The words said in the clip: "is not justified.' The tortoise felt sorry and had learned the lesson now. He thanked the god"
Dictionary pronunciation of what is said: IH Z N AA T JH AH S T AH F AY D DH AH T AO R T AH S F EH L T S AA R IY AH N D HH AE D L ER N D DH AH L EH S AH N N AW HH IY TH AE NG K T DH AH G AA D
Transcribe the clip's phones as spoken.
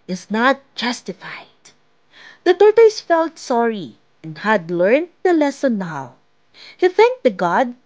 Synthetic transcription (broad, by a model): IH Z N AA T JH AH S T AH F AY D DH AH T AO R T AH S F EH L T S AA R IY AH N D HH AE D L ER N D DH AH L EH S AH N N AW HH IY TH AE NG K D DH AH G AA D